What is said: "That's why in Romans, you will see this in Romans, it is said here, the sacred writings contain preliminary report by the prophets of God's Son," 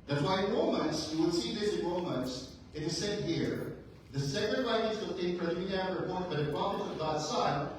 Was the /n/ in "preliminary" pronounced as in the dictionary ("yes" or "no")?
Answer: no